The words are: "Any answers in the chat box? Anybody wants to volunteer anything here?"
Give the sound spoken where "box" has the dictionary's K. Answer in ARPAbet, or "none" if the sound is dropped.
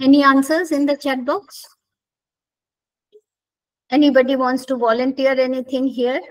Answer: K